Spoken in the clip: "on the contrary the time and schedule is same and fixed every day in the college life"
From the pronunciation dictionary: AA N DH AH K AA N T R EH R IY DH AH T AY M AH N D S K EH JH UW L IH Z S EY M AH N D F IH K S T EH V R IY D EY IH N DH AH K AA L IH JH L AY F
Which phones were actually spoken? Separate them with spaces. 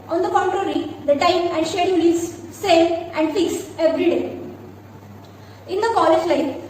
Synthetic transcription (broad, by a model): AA N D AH K AA N T R EH R IY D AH T AY M AH N D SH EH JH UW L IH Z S EY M AH N D F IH K S EH V R IY D EY IH N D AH K AA L IH JH L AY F